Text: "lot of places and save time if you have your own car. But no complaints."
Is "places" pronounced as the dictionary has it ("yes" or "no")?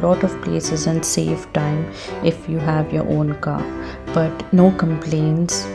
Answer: yes